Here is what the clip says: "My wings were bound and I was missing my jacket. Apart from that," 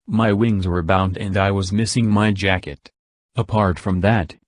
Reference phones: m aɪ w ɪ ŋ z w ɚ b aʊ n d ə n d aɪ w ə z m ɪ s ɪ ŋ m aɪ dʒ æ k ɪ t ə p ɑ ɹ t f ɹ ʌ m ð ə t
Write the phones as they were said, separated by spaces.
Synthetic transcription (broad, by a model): m aɪ w ɪ ŋ z w ɚ b aʊ n d ə n d aɪ w ə z m ɪ s ɪ ŋ m aɪ dʒ æ k ɪ t ə p ɑ ɹ t f ɹ ʌ m ð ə t